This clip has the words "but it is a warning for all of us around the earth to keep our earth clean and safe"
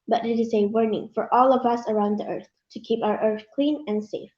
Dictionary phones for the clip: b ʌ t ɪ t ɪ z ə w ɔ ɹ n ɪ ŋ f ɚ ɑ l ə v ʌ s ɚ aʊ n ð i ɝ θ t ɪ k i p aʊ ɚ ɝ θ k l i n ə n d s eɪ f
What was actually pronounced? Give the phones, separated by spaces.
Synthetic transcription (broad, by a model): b ʌ t ɪ t ɪ z ə w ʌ ɹ n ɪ ŋ f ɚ ɑ l ə v ʌ s ɚ aʊ n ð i ɝ θ t ɪ k i p aʊ ɚ ɝ θ k l i n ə n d s eɪ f